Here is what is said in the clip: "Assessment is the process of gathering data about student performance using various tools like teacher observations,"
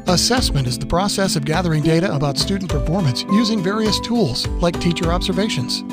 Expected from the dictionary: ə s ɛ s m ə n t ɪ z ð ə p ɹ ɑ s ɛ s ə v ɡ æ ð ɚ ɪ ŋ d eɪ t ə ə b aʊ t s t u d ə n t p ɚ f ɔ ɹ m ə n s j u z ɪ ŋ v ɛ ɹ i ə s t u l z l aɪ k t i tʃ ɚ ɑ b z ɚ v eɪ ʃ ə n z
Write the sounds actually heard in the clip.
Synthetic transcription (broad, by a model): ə s ɛ s m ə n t ɪ z ð ə p ɹ ɑ s ɛ s ə v ɡ æ ð ɚ ɪ ŋ d eɪ t ə ə b aʊ t s t u d n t p ɚ f ɔ ɹ m ə n s j u z ɪ ŋ v ɛ ɹ i ə s t u l z l aɪ k t i tʃ ɚ ɑ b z ɚ v eɪ ʃ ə n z